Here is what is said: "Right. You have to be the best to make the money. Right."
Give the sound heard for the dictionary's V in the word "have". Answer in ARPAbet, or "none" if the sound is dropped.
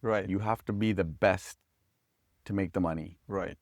F